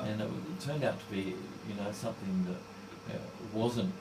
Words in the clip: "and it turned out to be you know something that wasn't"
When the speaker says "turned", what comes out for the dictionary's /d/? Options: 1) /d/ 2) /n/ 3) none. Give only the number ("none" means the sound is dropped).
1